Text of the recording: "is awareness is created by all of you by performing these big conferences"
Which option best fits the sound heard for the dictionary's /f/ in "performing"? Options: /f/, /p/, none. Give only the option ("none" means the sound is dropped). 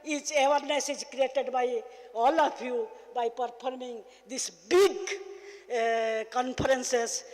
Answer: /p/